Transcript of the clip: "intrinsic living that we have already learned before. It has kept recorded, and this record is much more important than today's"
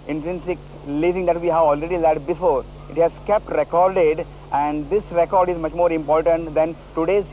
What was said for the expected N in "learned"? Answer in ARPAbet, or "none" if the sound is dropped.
none